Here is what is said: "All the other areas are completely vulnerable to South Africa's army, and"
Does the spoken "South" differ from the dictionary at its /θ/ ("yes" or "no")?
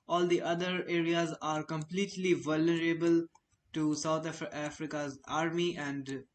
yes